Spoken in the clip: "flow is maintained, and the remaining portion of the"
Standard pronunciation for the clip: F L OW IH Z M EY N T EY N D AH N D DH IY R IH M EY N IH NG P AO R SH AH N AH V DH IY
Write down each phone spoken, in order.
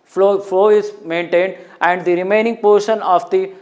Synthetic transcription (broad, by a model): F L OW IH Z M EY N T EY N D AH N D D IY R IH M EY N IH NG P AO R SH AH N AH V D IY